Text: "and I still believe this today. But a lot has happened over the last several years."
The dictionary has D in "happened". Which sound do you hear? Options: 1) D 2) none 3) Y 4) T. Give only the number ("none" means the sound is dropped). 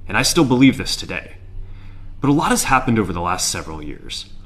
1